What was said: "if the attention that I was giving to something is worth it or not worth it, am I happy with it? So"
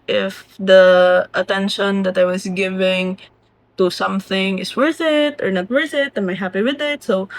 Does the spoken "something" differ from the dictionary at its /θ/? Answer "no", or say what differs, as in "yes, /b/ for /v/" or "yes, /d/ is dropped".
no